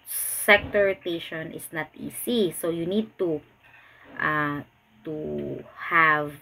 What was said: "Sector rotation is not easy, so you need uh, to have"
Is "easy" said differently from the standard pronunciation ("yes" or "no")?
yes